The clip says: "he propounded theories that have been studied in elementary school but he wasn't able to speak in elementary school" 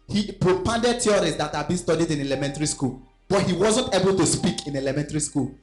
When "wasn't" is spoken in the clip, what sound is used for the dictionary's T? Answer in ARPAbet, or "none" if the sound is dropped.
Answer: T